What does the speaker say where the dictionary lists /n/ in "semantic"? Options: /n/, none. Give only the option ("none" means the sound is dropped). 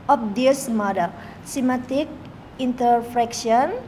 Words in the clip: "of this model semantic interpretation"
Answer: none